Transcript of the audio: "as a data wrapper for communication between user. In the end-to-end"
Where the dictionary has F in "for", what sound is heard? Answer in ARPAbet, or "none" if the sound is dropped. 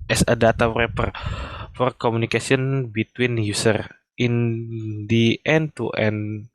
F